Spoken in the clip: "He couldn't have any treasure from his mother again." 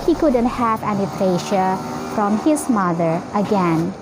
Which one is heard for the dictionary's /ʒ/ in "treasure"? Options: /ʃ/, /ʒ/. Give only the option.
/ʃ/